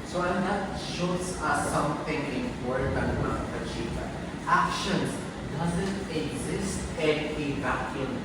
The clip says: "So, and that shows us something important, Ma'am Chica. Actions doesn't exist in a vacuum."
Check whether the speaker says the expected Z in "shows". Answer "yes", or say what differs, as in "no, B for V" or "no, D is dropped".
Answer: no, S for Z